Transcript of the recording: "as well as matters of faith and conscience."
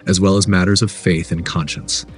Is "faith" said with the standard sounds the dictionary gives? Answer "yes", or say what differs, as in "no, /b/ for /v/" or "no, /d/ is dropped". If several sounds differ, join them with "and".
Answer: yes